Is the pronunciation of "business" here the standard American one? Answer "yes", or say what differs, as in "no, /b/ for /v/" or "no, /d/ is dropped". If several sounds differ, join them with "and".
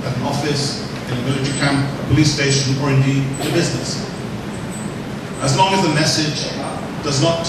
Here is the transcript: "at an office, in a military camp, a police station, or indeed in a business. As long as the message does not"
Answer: yes